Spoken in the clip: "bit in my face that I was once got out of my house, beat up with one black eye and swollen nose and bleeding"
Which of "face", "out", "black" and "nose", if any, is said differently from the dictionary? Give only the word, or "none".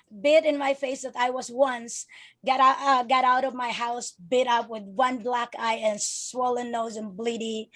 none